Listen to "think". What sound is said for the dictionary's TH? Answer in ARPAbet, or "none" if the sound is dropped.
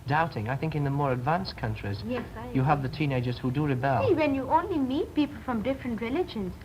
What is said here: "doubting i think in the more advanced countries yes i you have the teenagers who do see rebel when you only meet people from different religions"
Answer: TH